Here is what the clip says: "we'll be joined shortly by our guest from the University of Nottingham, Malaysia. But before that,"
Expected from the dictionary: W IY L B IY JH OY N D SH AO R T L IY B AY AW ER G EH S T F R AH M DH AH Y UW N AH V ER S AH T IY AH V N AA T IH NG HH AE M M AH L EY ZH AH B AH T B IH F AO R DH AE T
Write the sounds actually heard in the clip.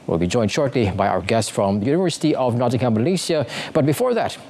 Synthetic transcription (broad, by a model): W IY L B IY JH OY N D SH AO R T L IY B AY AW ER G EH S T F R AH M DH AH Y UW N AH V ER S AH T IY AH V N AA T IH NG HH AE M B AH L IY S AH B AH T B IH F AO R DH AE T